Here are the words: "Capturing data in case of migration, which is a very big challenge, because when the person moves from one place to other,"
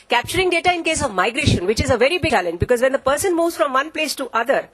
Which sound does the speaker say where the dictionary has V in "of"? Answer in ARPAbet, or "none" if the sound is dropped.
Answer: V